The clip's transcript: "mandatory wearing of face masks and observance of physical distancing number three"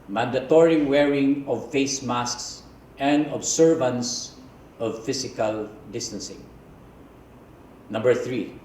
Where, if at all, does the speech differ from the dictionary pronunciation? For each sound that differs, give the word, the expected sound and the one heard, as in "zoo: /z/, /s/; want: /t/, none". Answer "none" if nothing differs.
observance: /z/, /s/; physical: /z/, /s/